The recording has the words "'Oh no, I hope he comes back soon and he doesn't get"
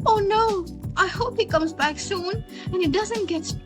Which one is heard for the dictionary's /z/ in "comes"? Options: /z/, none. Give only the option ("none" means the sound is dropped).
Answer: /z/